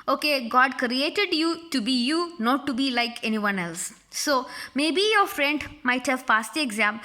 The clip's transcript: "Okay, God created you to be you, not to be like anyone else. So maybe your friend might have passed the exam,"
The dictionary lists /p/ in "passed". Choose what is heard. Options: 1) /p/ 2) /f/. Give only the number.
2